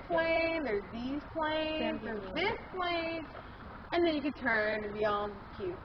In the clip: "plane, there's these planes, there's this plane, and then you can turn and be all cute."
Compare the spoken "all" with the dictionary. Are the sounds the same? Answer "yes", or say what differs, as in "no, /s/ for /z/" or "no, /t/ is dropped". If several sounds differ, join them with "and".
no, /n/ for /l/